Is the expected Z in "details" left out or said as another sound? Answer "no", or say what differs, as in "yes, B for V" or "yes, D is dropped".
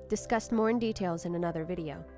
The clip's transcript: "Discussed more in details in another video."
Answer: no